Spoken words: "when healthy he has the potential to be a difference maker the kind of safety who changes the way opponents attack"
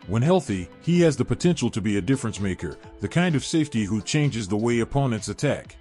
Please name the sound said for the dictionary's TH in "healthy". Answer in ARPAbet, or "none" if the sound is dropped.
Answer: TH